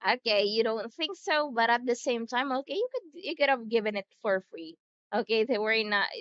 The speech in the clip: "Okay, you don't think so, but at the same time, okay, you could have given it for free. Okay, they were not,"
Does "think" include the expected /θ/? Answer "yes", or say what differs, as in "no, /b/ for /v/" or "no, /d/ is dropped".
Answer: yes